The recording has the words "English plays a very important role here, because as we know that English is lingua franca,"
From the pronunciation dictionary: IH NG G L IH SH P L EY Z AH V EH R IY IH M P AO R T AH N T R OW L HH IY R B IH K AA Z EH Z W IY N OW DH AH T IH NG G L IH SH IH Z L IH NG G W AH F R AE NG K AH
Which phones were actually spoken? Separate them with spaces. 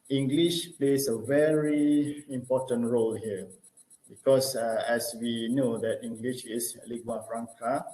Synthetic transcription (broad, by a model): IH NG G L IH SH P L EY S AH V EH R IY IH M P AO T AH N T R OW L HH IY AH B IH K AA S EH S W IY N OW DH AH T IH NG G L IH SH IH S L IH G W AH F R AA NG K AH